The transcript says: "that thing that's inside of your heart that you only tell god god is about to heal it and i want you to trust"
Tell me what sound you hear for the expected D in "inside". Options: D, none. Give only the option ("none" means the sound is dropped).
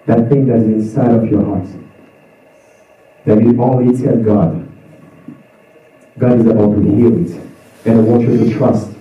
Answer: D